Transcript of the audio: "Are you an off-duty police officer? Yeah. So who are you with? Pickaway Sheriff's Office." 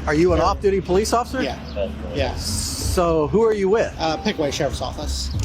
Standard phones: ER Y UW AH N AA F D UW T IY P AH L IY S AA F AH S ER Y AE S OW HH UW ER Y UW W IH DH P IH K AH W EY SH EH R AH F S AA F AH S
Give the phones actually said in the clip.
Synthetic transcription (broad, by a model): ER Y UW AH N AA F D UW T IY P AH L IY S AA F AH S ER Y AE S OW HH UW ER Y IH W IH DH P IH K AH W EY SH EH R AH S AA F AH S